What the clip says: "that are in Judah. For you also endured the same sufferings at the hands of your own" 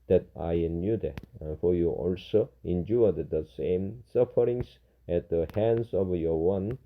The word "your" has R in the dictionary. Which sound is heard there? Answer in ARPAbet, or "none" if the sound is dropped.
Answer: W